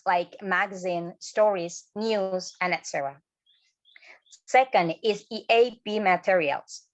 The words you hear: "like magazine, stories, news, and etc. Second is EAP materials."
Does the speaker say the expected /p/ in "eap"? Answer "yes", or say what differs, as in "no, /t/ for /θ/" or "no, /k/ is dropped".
no, /b/ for /p/